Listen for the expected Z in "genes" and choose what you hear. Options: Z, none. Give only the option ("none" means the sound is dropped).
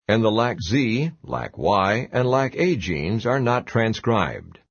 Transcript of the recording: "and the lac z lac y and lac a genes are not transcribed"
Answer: Z